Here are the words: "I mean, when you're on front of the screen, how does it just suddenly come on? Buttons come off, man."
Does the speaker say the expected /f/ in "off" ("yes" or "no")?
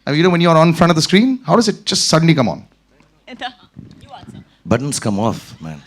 yes